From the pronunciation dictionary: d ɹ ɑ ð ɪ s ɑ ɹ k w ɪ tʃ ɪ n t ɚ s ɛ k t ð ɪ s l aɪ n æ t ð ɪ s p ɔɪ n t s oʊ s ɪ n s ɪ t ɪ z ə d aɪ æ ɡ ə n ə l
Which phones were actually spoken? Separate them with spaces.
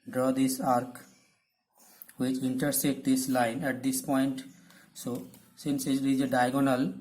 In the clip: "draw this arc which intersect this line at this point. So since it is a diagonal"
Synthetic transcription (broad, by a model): d ɹ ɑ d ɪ s ɑ ɹ k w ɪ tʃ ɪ n t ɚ s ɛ t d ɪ s l aɪ n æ t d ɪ s p ɔɪ n t s oʊ s ɪ n s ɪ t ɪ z ə d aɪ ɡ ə n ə l